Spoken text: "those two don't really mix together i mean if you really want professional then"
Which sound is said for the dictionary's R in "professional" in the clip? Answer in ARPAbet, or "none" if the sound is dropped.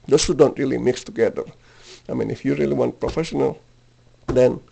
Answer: R